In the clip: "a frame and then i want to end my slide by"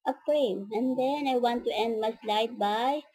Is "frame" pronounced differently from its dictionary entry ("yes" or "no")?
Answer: yes